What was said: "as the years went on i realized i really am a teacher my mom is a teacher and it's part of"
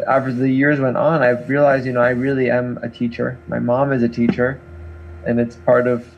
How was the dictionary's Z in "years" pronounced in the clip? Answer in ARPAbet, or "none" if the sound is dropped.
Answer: Z